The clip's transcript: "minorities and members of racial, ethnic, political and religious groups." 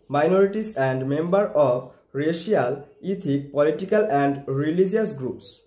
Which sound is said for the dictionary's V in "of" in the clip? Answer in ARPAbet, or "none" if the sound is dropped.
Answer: B